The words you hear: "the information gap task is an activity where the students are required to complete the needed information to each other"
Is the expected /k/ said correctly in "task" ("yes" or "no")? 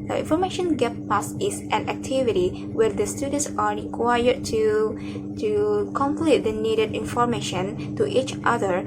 no